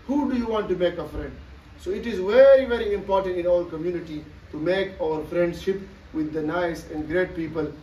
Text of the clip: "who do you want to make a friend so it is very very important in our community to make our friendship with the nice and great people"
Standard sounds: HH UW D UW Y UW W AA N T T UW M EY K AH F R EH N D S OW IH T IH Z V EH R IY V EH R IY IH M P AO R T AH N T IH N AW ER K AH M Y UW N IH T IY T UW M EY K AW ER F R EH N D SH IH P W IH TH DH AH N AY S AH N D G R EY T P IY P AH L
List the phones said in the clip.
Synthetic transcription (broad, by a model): HH UW D UW Y UW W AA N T T UW M EY K AH F R EH N D S OW IH T IH Z V EH R IY V EH R IY IH M P AO R T AH N T IH N AW ER K AH M Y UW N IH T IY T UW M EY K AW ER F R EH N D SH IH P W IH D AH N AY S AH N D G R EY T P IY P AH L